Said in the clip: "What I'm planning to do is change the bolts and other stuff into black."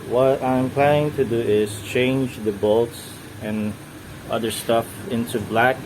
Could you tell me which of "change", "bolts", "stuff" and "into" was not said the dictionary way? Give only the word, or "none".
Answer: none